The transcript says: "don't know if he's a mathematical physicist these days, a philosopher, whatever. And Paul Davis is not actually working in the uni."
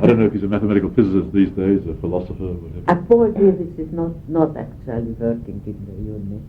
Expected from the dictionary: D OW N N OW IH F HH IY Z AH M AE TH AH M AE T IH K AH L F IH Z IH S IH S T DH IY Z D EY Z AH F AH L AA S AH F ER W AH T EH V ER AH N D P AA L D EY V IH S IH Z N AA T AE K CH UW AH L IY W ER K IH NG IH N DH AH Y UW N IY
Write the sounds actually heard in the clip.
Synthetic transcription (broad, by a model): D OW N N OW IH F HH IY Z AH M AE TH AH M AE T IH K AH L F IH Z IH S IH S DH IY Z D EY Z AH F AH L AA S AH F ER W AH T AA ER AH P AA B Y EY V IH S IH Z N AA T AE K CH UW AH L IY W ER K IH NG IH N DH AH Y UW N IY